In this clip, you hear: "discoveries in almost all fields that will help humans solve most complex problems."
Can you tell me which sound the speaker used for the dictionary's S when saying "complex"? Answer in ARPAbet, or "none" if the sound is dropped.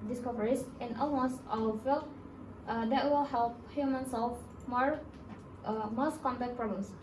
none